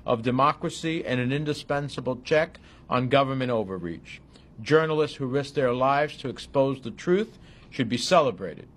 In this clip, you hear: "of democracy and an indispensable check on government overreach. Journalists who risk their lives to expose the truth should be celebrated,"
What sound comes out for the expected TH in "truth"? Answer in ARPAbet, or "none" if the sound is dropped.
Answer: TH